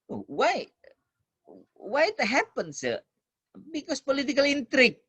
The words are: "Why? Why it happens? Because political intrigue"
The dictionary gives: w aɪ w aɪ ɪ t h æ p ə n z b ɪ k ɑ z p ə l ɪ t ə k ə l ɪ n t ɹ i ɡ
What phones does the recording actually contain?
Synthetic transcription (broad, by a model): w aɪ w aɪ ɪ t h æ p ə n s b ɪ k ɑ s p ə l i t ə k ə l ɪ n t ɹ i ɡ